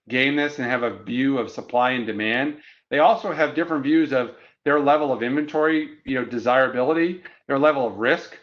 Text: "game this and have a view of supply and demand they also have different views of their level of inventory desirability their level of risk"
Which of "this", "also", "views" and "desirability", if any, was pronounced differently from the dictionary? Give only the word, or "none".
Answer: none